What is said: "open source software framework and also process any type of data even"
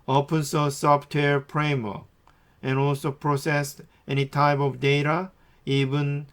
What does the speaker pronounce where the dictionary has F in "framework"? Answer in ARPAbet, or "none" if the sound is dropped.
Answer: P